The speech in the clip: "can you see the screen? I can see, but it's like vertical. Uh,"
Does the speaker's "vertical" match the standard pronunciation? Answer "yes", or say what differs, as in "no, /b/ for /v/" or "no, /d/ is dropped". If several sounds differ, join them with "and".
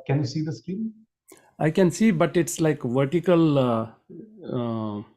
yes